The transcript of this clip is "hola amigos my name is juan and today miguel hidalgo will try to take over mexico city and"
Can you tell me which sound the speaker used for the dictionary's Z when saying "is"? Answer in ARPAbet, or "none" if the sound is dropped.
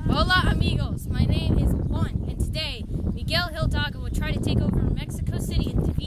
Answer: Z